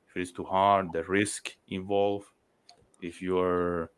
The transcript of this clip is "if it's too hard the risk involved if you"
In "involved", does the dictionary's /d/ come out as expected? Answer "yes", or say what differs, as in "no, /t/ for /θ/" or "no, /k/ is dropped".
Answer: no, /d/ is dropped